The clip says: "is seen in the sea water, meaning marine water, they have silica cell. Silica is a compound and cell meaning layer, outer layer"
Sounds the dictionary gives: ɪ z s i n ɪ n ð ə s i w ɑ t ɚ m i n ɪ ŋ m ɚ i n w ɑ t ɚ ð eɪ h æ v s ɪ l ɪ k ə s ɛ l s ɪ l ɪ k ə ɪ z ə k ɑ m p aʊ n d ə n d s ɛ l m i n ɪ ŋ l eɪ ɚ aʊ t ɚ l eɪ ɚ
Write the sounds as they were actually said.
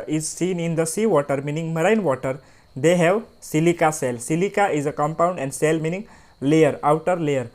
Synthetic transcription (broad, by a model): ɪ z s i n ɪ n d ə s i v ɑ t ɚ m i n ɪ ŋ m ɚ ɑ n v ɑ t ɚ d eɪ h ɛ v s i l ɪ k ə s ɛ l s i l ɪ k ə ɪ z ə k ɑ m p aʊ n d ə n d s ɛ l m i n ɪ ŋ l eɪ ɚ aʊ t ɚ l eɪ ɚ